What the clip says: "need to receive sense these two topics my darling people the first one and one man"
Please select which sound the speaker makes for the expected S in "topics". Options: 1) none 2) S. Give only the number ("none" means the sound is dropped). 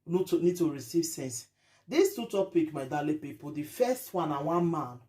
1